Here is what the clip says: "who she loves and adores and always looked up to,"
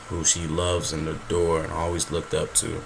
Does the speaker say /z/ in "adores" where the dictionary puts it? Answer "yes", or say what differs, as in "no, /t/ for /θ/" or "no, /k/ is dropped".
no, /z/ is dropped